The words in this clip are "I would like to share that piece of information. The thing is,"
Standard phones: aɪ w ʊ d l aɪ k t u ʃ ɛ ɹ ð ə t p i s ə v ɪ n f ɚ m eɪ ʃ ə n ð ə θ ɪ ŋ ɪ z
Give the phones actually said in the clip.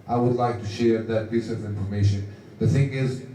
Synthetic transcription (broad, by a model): aɪ w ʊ d l aɪ k t u ʃ ɛ ɹ ð ə t b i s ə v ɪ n f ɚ m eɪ ʃ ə n ð ə θ ɪ ŋ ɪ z